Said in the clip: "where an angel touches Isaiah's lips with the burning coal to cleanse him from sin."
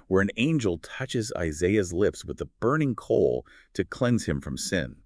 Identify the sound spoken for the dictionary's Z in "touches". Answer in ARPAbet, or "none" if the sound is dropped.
Z